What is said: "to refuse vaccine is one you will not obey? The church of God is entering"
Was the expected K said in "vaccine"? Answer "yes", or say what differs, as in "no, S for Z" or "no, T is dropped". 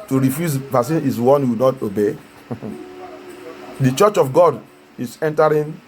no, K is dropped